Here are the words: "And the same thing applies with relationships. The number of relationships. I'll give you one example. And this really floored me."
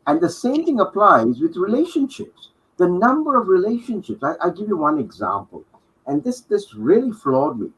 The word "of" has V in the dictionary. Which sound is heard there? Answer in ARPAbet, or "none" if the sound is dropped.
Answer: V